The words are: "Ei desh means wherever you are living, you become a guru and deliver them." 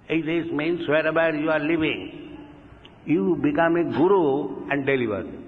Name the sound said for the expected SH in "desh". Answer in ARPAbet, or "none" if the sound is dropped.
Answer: S